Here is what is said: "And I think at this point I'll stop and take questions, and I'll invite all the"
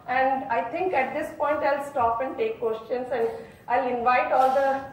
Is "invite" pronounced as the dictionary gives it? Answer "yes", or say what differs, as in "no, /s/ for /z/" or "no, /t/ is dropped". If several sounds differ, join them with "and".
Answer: yes